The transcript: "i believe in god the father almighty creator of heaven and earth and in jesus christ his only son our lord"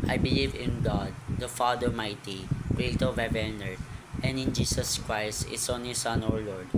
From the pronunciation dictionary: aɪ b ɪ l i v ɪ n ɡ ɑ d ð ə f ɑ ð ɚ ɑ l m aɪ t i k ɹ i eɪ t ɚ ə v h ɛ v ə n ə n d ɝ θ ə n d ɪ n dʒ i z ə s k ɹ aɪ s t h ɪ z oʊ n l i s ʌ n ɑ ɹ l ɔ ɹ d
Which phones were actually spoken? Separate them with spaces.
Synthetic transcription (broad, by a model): aɪ b ɪ l i v ɪ n ɡ ɑ d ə f ɑ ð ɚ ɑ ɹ m aɪ t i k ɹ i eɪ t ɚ ə v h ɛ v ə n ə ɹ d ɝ ə n d ɪ n dʒ i s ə s k ɹ aɪ s t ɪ s oʊ n l i s ʌ n ɑ ɹ l ɔ ɹ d